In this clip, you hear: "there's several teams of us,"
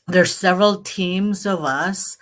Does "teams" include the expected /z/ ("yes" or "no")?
yes